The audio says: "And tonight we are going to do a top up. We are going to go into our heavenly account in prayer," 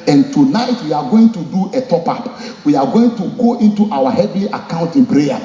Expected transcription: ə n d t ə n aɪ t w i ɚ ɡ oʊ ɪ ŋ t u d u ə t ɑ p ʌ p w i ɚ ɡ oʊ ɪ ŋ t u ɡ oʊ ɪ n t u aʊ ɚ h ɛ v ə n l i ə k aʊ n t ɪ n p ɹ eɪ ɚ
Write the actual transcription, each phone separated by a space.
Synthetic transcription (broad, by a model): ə n t ə n aɪ t w i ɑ ɡ oʊ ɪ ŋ t u d u ə t ɑ p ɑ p w i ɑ ɡ oʊ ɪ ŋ t u ɡ oʊ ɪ n t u aʊ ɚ h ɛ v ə l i ə k aʊ n t ɪ n p ɹ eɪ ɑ